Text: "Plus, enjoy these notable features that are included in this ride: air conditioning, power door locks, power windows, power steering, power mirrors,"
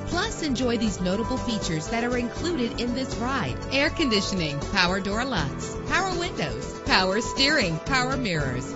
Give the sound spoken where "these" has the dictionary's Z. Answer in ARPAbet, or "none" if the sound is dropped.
Z